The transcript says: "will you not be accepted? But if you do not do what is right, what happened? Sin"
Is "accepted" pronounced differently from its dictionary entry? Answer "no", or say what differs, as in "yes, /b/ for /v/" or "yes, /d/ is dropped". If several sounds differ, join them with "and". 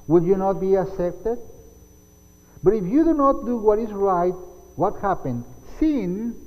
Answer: yes, /k/ is dropped